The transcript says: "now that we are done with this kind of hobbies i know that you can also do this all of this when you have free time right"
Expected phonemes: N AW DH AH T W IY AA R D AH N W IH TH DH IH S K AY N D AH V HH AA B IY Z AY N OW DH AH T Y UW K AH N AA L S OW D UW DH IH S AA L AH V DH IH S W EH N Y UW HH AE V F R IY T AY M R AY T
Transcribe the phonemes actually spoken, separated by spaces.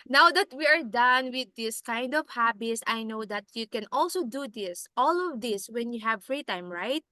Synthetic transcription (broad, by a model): N AW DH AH T W IY AA R D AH N W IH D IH S K AY N D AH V HH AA B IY S AY N OW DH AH T Y UW K AH N AA L S OW D UW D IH S AA L AH V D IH S W EH N Y UW HH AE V F R IY T AY M R AY T